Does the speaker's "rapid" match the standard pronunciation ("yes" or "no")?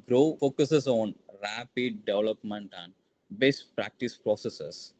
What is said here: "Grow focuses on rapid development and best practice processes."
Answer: yes